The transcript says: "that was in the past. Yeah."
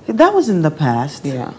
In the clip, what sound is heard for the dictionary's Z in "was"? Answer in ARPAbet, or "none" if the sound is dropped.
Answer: Z